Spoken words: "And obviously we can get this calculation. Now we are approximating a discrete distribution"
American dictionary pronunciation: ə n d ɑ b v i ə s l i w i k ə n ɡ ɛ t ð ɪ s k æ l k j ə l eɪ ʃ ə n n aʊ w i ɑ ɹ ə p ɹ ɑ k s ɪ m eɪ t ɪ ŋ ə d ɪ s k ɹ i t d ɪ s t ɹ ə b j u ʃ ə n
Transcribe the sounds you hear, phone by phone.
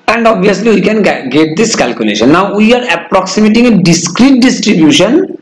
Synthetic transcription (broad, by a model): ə n d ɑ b i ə s l i w i k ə n ɡ ɛ t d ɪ s k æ l k j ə l eɪ ʃ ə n n aʊ w i ɑ ɹ ə p ɹ ɑ k s ɪ m eɪ t ɪ ŋ ə d ɪ s k ɹ i t d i s t ɹ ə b j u ʃ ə n